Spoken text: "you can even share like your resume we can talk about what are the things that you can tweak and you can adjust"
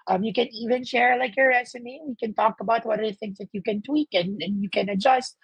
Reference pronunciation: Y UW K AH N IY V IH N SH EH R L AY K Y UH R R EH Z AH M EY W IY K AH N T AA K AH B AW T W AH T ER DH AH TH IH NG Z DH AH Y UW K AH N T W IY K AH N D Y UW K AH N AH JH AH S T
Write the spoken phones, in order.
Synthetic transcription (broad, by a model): Y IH K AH N IY V IH N SH EH R L AY K Y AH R R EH S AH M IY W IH K AH N T AA K AH B AW T W AH T ER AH TH IH NG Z DH AH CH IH K AH N T W IY K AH N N Y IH K AH N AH JH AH S T